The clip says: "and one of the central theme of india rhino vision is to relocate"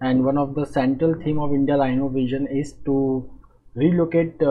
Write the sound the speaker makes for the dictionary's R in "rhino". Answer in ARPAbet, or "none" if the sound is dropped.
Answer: L